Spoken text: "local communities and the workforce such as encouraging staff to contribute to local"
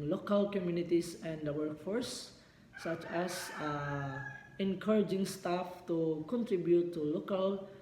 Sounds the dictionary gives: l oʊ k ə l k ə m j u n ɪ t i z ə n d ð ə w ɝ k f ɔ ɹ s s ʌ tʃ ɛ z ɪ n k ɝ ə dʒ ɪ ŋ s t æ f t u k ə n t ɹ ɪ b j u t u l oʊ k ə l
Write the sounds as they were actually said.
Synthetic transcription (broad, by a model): l oʊ k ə l k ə m j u n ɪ t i s ə n d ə w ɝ k f ɔ ɹ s s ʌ tʃ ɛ s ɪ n k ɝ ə dʒ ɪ ŋ s t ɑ f t u k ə n t ɹ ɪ b j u t u l oʊ k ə l